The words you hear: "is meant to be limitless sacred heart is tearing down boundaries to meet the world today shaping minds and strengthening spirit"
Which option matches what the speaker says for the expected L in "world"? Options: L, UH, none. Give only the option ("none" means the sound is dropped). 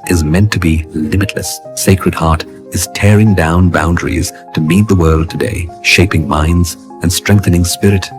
L